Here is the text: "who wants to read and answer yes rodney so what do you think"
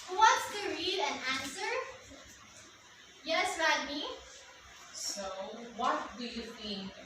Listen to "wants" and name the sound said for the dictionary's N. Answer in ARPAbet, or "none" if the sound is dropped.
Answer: none